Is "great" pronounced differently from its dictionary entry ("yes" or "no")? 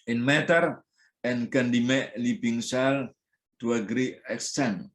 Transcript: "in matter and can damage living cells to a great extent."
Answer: yes